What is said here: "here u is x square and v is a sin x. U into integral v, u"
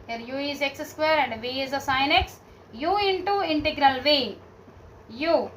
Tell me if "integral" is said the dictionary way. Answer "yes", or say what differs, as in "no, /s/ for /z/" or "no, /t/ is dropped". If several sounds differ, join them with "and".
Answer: yes